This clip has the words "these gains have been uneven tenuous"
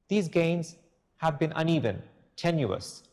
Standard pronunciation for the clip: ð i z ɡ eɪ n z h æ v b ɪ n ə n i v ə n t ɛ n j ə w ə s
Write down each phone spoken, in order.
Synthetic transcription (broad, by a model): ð i z ɡ eɪ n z h æ v b ɪ n ə n i v ə n t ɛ n j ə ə s